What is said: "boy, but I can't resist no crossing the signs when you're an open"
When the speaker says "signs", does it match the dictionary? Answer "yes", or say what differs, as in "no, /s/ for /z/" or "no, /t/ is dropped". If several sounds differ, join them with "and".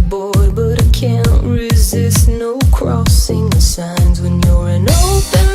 yes